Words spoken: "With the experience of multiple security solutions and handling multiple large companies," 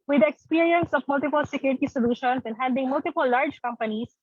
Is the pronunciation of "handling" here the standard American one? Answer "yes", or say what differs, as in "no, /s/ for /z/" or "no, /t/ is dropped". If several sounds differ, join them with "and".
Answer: no, /l/ is dropped